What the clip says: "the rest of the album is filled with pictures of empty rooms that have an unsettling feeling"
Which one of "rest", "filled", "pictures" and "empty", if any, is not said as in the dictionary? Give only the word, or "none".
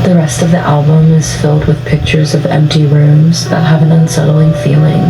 none